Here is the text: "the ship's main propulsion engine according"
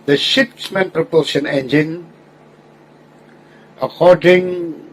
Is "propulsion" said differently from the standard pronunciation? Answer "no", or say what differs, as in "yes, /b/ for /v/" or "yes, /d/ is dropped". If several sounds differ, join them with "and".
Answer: yes, /l/ is dropped